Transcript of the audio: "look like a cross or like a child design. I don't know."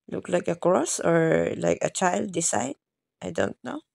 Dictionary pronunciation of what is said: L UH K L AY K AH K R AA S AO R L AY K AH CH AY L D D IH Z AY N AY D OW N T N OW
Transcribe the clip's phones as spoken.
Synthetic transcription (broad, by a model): L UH K L AY K AH K R AA S AO R L AY K AH CH AY L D D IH S AY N AY D OW N T N OW